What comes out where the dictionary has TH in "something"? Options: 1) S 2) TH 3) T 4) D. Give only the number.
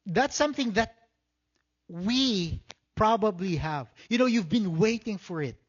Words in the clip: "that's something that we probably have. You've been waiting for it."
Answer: 2